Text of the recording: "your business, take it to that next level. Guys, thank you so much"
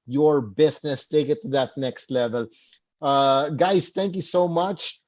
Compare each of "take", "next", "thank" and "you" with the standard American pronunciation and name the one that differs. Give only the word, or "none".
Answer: thank